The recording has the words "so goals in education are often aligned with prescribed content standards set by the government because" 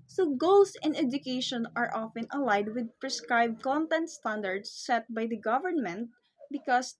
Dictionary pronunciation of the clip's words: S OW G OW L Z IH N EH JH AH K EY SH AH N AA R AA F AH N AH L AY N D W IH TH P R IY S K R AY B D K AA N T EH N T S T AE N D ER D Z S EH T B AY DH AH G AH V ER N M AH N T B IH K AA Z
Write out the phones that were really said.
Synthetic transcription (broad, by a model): S OW G OW L S IH N EH JH AH K EY SH AH N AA R AA F AH N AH L AY D W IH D P R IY S K R AY B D K AA N T EH N T S T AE N D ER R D S EH T B AY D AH G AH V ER N M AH N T B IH K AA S